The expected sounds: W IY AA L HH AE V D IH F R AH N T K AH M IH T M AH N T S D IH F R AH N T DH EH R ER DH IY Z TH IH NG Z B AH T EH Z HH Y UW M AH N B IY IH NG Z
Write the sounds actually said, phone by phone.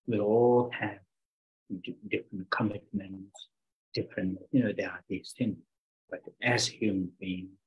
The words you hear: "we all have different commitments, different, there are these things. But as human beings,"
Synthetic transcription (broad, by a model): W IY AA L HH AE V D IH F R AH N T K AH M IH T M AH N T S D IH F R AH N T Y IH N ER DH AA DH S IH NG B AH T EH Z HH Y UW M AH N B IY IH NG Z